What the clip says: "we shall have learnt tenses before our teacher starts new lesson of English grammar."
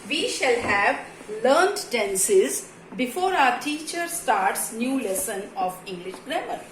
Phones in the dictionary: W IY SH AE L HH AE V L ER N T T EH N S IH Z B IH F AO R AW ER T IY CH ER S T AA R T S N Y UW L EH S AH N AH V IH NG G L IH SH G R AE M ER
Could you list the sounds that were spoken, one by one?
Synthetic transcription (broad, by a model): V IY SH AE L HH AE V L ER N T T EH N S IH Z B IH F AO R AW ER T IY CH ER S T AA R T S N Y UW L EH S AH N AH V IH NG G L IH SH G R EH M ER